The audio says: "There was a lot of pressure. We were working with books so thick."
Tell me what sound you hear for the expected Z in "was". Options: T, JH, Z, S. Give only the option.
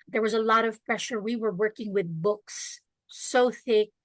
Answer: Z